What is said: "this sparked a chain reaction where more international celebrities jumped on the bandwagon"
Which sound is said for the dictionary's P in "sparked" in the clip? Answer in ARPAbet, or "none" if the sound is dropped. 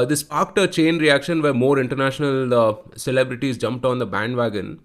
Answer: none